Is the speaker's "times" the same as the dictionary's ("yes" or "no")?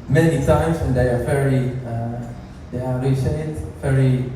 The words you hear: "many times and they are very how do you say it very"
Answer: no